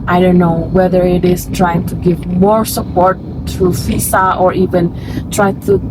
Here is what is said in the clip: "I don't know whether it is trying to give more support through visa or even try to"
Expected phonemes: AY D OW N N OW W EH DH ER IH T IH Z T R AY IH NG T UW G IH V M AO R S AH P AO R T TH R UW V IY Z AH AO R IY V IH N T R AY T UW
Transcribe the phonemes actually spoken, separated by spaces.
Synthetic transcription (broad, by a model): AY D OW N N OW W EH DH ER IH T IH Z T R AY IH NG T UW G IH V M AO R S AH P AO R T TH R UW F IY S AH AO R IY V IH N T R AY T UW